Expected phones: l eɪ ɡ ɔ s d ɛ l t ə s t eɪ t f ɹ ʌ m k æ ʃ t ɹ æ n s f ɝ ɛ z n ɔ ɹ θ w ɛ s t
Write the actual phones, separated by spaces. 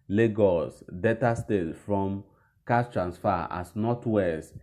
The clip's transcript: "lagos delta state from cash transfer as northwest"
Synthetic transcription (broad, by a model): l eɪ ɡ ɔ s d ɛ t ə s t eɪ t f ɹ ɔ m k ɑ s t ɹ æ n s f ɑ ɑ s n ɔ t w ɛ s